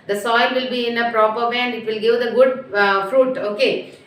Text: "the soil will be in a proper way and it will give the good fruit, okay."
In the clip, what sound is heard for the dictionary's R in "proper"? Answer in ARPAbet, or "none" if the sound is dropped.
R